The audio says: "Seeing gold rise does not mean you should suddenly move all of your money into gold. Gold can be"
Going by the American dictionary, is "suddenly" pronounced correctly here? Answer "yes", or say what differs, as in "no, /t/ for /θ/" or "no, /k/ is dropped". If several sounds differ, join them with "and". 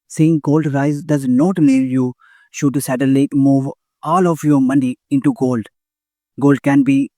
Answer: no, /n/ is dropped